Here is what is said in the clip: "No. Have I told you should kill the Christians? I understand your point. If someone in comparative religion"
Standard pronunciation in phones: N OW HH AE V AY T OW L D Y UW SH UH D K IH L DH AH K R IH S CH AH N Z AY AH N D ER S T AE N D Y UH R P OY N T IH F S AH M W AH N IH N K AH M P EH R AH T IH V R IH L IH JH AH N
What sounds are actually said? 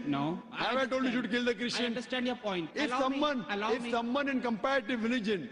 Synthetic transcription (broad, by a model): N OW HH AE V AY T OW L D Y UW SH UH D K IH L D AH K R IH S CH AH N S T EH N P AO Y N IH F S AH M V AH N IH F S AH M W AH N IH N K AH M P EH R AH T IH V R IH L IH JH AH N